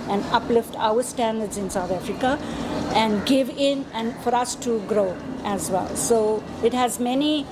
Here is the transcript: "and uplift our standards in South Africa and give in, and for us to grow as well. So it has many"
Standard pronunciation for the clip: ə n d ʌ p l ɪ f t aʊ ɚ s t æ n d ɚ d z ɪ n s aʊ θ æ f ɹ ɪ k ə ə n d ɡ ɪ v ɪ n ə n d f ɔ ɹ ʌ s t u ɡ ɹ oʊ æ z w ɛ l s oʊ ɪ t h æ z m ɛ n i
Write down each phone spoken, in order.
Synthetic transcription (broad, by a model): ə n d ʌ p l ɪ f t aʊ ɚ s t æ n d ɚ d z ɪ n s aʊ t æ f ɹ ɪ k ə ə n d ɡ ɪ v ɪ n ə n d f ɔ ɹ ʌ s t u ɡ ɹ oʊ æ z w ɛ l s oʊ ɪ t h æ z m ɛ n i